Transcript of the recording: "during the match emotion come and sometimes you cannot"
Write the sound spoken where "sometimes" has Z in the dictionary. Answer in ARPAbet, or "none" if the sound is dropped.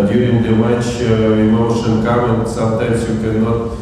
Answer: S